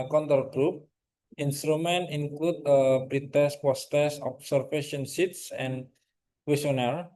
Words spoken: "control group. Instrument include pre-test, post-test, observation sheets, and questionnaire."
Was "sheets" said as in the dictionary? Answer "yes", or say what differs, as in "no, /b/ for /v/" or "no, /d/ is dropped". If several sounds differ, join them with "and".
no, /s/ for /ʃ/